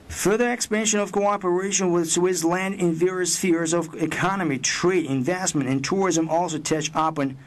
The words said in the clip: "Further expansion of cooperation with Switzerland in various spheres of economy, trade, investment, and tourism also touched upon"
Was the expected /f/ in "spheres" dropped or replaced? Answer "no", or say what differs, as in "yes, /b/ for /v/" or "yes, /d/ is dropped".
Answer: no